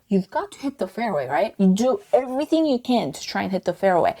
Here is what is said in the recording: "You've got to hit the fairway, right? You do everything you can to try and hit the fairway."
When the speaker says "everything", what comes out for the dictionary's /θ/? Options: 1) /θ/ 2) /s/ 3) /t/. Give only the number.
1